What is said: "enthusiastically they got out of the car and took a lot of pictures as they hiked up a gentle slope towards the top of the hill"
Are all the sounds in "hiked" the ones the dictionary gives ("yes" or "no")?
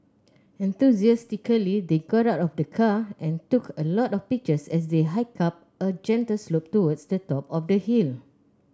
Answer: no